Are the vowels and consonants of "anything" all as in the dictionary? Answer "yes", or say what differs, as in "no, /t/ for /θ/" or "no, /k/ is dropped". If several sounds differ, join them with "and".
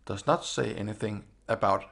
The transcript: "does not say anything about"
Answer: yes